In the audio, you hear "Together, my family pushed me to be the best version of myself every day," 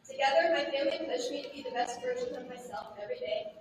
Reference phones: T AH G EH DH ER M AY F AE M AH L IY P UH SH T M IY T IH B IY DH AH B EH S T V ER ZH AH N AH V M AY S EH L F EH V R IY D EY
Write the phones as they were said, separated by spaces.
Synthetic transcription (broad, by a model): T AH G EH DH ER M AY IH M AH IY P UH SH M IY T IH B IY DH AH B EH S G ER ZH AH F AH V M AY S EH L F EH V R IY D EY